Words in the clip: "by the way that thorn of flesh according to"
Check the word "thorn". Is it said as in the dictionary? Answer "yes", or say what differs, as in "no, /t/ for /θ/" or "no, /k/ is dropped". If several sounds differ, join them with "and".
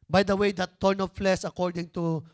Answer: no, /t/ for /θ/